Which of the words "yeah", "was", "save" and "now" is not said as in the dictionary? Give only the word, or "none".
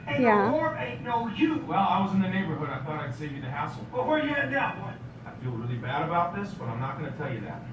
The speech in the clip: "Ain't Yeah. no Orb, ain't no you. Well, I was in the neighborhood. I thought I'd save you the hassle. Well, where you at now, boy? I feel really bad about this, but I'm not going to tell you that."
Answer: now